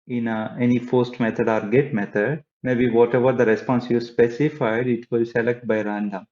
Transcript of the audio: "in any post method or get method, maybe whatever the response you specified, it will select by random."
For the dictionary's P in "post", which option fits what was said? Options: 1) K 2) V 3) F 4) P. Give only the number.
3